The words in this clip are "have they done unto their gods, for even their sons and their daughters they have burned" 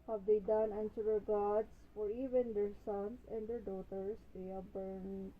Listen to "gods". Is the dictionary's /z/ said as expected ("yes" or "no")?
no